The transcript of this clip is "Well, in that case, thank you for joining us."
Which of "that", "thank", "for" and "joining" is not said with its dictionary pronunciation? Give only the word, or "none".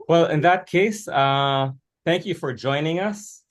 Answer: none